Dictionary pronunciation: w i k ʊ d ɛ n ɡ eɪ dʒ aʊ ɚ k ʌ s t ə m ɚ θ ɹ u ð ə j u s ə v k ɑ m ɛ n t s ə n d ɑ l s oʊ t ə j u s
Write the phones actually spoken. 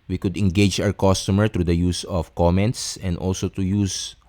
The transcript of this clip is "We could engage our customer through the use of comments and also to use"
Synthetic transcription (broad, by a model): w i k ʊ d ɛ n ɡ eɪ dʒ aʊ ɚ k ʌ s t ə m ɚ t ɹ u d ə j u s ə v k ɑ m ɛ n t s ə n d ɑ l s oʊ t ə j u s